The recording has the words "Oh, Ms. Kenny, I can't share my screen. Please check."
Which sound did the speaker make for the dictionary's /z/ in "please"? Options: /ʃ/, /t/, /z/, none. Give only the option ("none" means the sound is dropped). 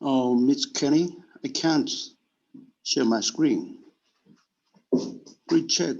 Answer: none